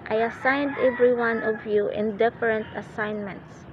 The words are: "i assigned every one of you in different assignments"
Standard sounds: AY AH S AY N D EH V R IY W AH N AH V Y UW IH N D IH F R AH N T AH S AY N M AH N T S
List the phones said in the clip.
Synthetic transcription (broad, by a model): AY AH S AY N D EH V R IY W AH N AH V Y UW IH N D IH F R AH N T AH S AY N M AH N T S